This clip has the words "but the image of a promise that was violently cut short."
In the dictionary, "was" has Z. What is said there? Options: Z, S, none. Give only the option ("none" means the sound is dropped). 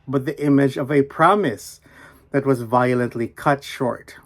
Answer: Z